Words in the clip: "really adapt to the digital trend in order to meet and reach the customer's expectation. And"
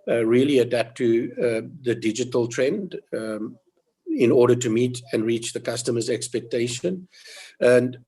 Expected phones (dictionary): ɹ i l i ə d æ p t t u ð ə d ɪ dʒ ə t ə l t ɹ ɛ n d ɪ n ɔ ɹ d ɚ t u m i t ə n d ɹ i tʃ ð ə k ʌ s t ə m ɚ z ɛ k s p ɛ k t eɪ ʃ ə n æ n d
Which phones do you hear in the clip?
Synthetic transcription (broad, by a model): ɹ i l i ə d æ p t t u ð ə d ɪ dʒ ə t ə l t ɹ ɛ n d ɪ n ɔ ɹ d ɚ t u m i t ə n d ɹ i tʃ ð ə k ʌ s t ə m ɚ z ɛ k s p ɛ k t eɪ ʃ ə n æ n d